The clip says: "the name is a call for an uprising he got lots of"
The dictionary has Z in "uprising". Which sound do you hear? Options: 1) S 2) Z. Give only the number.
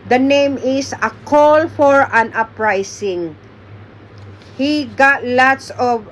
1